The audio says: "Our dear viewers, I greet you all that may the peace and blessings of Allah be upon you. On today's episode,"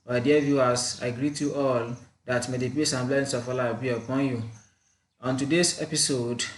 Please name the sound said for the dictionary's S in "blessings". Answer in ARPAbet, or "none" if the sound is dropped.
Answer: none